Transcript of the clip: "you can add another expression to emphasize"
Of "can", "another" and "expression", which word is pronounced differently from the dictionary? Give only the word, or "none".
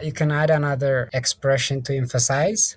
none